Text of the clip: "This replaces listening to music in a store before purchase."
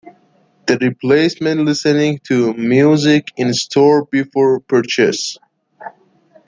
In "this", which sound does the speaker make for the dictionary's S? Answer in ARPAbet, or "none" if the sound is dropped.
none